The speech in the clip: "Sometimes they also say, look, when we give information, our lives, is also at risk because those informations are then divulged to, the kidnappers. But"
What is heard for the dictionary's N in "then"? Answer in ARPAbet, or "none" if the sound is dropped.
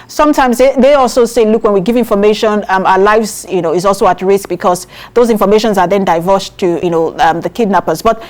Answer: N